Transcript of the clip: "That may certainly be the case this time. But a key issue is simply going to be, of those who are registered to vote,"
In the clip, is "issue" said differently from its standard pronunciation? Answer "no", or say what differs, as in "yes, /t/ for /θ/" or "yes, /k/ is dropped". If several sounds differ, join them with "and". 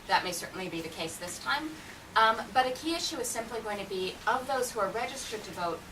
no